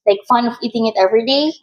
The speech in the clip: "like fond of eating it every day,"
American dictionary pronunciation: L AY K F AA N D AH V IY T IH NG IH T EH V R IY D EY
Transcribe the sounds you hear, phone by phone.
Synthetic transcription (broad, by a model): L AY K F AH N AH V IY T IH NG IH T EH V R IY D EY